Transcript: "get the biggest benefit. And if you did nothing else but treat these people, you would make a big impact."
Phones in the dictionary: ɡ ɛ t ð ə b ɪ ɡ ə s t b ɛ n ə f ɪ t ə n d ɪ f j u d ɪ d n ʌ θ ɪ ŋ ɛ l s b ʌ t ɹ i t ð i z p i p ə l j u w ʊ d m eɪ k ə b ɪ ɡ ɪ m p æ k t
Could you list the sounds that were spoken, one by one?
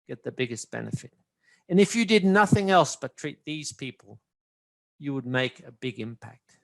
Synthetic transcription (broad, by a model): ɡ ɛ t ð ə b ɪ ɡ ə s b ɛ n ə f ɪ t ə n ɪ f j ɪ d ɪ d n ʌ θ ɪ ŋ ɛ l s b ʌ t ɹ i t ð i z p i p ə l j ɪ w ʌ d m eɪ k ə b ɪ ɡ ɪ m p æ k t